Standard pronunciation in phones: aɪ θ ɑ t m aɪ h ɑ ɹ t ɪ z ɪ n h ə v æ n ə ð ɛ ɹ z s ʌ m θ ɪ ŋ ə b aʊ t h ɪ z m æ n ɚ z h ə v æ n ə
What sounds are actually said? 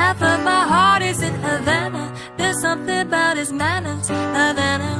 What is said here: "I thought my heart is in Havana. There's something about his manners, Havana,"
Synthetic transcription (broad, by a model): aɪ f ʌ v m aɪ h ɑ ɹ t ɪ z ɪ n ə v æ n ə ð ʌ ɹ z s ʌ m θ ɪ ŋ ə b aʊ t h ɪ z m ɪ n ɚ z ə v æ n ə